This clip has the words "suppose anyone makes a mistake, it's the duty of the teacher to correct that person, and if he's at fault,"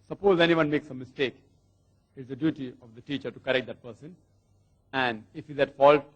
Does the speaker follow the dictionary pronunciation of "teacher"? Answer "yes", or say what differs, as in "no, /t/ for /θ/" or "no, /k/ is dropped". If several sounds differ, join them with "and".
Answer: yes